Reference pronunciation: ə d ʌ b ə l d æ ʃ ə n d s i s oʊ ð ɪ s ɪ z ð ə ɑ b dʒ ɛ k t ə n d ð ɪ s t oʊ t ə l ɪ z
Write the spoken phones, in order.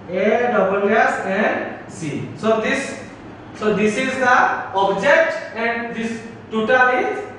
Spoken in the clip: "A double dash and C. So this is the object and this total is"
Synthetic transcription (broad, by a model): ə d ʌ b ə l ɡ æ s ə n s s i s oʊ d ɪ s ɪ z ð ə ɑ b dʒ ɛ k t ə n d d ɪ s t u t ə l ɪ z